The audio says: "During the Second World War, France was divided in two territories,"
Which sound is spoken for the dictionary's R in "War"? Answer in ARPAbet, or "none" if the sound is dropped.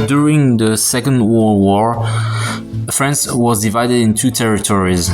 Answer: R